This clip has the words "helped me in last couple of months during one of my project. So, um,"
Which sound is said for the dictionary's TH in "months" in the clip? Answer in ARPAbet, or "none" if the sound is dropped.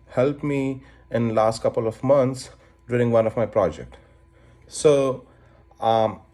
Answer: T